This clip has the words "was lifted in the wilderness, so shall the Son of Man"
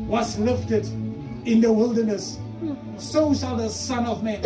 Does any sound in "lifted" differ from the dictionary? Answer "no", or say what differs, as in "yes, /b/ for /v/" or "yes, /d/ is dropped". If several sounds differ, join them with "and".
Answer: no